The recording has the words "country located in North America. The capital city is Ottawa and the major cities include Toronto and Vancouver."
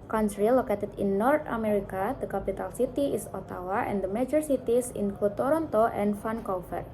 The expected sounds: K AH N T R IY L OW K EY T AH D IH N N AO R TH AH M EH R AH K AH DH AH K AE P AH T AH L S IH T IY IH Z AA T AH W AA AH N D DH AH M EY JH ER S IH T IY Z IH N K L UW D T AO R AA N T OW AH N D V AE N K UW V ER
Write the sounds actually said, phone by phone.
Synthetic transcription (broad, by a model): K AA N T R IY L OW K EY T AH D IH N N AO R T AH M EH R AH K AH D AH K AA P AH T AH L S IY T IY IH S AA T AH W AA AH N D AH M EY JH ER S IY T IY S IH N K UW T AO R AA N T OW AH N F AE N K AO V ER